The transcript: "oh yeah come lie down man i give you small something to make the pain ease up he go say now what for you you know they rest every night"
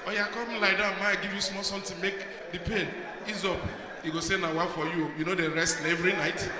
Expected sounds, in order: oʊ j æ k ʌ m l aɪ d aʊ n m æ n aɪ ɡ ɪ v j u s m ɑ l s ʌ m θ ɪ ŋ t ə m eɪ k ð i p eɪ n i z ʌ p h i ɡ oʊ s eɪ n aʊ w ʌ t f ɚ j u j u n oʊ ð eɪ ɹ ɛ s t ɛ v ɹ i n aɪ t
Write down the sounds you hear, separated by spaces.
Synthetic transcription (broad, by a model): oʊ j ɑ k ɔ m l aɪ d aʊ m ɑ aɪ ɡ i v j u s m ɑ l s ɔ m t ə m eɪ k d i p eɪ n i z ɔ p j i ɡ oʊ s eɪ n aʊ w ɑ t f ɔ j u j u n oʊ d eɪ ɹ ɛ s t ɛ v ɹ i n aɪ t